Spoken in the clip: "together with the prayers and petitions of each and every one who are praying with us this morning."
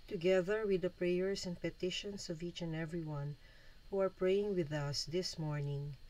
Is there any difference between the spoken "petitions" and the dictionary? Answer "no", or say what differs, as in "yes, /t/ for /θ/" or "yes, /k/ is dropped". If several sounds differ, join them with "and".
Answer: yes, /s/ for /z/